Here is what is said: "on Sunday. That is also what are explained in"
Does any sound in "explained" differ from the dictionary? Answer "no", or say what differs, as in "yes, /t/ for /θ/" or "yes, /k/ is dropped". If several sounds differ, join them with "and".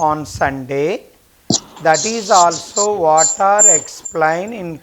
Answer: yes, /d/ is dropped